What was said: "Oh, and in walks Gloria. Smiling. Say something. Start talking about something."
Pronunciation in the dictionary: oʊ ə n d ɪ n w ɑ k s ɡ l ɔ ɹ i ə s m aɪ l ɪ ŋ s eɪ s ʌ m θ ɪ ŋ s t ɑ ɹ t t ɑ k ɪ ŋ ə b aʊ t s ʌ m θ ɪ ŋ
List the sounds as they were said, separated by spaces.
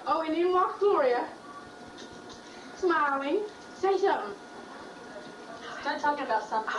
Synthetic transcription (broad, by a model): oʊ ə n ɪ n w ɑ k ɡ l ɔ ɹ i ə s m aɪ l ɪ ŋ s eɪ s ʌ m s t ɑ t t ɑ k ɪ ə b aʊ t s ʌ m